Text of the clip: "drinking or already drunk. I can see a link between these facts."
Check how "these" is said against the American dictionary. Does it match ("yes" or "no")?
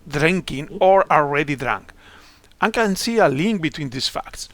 no